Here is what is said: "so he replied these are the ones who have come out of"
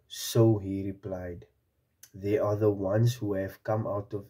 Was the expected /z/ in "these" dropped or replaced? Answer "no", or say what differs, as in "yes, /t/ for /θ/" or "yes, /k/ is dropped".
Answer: yes, /z/ is dropped